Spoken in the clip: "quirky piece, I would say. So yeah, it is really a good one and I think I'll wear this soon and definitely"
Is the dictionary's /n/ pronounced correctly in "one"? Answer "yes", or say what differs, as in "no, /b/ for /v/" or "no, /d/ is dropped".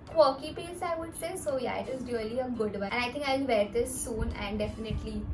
no, /n/ is dropped